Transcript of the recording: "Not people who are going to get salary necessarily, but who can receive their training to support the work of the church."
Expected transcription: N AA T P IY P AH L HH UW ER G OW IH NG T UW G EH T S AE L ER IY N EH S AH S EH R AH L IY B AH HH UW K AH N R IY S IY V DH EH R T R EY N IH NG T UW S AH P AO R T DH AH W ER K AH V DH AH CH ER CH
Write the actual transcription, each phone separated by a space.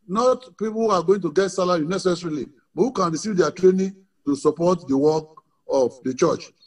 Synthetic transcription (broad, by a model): N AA T P IY P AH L HH UW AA G OW IH NG T UW G EH T S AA L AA IY N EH S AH S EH R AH L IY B HH UW K AH N R IY S IY V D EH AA T R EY N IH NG T UW S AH P AO T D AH W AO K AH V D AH CH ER CH